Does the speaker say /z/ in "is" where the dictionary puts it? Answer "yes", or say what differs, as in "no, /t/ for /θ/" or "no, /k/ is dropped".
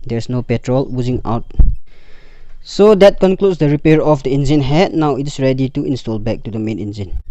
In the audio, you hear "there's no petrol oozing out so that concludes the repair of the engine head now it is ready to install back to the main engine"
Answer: no, /s/ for /z/